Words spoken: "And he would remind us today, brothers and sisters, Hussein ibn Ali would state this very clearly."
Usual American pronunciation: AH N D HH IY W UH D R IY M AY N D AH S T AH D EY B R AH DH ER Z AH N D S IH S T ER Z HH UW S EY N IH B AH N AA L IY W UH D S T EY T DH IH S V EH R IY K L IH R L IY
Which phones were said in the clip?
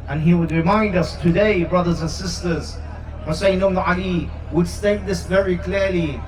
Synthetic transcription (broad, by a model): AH N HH IY W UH D R IY M AY N D AH S T AH D EY B R AH DH ER Z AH N S IH S T ER Z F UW S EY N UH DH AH AA L IY W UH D S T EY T DH IH S V EH R IY K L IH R L IY